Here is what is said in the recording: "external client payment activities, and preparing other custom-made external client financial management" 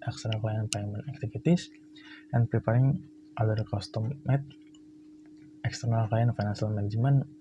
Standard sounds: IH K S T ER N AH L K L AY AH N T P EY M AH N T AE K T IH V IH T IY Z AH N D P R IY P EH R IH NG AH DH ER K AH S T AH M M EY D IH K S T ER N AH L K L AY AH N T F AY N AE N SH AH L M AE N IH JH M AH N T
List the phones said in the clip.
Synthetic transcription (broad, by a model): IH K S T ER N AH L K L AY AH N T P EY M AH N AE K T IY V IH T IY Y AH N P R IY P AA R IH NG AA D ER K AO S T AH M M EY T IH K S T ER N AH L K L AY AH N F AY N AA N S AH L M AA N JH M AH N